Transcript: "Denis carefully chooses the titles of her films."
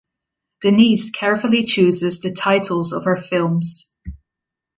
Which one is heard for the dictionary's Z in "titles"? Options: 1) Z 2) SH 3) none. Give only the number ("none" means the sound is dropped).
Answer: 1